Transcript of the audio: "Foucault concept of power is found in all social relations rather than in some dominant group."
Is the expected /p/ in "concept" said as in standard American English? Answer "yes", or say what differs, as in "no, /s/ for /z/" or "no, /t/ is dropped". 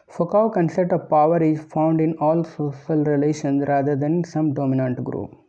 no, /p/ is dropped